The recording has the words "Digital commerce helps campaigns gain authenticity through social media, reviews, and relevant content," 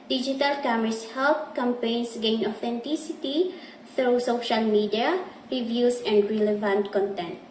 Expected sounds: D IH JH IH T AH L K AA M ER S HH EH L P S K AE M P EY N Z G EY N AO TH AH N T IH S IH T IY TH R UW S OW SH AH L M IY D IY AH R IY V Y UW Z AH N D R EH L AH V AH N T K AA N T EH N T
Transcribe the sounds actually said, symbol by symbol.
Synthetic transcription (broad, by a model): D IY JH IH T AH L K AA M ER S HH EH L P K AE M P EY N S G EY N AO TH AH N T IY S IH T IY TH R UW S OW SH AH L M IY D IY AH R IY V Y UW S AH N D R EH L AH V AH N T K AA N T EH N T